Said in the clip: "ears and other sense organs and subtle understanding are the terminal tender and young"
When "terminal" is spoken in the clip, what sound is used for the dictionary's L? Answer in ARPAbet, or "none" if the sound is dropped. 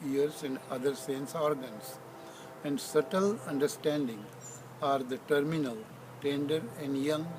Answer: L